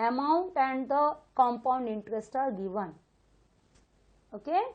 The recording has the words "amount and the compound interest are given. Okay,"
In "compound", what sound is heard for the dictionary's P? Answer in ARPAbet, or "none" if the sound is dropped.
P